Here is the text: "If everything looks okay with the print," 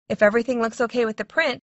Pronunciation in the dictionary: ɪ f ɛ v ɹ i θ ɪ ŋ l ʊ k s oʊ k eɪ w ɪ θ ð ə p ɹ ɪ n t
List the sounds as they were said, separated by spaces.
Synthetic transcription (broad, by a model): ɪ f ɛ v ɹ i θ ɪ ŋ l ʊ k s oʊ k eɪ w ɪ ð ə p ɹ ɪ n t